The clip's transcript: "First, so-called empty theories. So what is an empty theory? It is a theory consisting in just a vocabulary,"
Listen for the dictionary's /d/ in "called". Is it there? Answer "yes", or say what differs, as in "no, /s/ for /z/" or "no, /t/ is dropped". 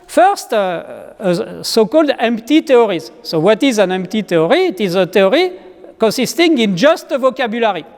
yes